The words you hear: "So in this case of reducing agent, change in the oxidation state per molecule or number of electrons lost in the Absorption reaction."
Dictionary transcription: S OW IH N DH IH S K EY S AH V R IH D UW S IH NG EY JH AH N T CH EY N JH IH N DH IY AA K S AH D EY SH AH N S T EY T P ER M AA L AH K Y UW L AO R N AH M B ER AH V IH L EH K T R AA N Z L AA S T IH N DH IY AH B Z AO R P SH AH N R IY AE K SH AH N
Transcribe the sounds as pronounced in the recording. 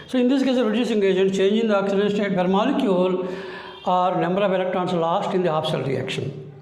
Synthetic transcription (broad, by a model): S OW IH N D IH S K EY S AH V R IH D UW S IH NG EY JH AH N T CH EY N JH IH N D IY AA K S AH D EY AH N S T EY T B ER M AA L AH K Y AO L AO R N AH M B ER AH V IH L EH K T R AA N S L AA S T IH N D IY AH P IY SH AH L R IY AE K SH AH N